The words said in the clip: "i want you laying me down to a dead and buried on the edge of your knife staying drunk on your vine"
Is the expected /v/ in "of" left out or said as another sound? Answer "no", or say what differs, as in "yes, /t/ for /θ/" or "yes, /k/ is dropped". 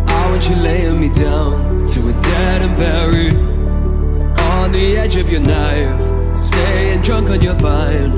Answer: no